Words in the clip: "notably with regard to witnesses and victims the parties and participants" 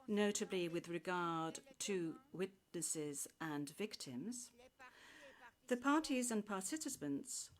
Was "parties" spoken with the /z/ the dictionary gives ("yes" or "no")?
yes